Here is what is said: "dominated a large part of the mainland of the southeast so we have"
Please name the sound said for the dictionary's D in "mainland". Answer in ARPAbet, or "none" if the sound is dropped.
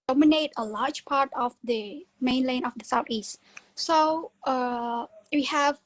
none